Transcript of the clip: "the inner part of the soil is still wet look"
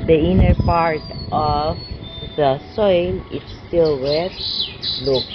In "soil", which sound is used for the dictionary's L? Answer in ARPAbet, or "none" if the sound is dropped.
N